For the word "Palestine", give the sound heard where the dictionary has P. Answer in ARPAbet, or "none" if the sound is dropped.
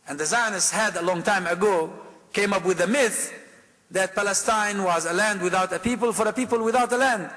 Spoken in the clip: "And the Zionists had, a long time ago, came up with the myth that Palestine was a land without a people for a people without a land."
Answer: P